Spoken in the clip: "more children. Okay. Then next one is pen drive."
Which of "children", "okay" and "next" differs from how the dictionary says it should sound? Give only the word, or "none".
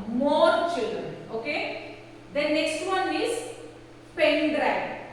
none